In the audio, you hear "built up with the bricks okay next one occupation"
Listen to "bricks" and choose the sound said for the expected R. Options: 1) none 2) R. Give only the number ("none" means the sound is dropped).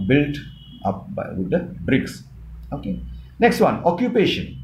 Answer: 2